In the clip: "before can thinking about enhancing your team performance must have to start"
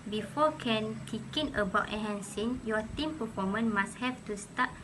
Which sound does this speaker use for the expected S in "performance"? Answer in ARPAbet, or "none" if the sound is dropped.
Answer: none